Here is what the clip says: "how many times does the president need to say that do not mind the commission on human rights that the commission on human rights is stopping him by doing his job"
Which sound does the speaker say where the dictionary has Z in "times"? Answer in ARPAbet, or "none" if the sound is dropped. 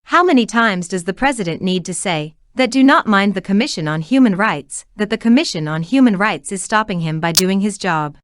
Z